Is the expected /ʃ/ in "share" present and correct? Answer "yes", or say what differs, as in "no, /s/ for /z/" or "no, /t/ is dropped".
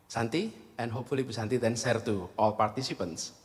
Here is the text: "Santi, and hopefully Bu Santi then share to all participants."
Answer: no, /s/ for /ʃ/